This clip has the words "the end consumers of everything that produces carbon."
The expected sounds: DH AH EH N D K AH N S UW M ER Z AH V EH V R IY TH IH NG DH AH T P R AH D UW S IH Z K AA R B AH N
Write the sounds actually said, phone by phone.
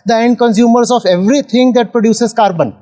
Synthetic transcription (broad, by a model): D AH EH N D K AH N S UW M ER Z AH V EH V R IY T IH NG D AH T P R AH D UW S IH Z K AA R B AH N